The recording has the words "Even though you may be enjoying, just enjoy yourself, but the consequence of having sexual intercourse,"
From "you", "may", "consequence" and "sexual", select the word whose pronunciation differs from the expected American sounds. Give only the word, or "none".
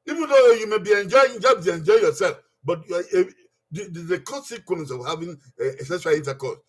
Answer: sexual